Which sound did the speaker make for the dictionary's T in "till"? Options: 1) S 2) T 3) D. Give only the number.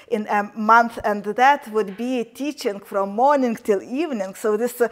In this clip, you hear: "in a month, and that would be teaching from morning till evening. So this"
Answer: 2